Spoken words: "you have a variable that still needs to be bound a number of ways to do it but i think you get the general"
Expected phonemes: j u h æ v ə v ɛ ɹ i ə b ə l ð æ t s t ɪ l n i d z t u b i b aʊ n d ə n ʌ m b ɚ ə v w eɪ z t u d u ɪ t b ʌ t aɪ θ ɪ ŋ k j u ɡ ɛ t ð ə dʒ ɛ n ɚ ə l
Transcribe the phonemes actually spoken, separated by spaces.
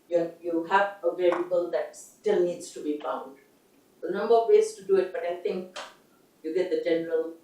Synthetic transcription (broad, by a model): j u h æ v ə v ɛ ɹ i ə b ə l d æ t s t ɪ l n i d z t u b i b aʊ n d ə n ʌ m b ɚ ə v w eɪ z t u d u ɪ t b ʌ t aɪ t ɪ ŋ k j u ɡ ɛ t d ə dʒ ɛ n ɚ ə l